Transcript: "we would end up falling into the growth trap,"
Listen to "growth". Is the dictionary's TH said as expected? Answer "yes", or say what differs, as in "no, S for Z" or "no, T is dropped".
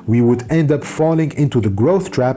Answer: yes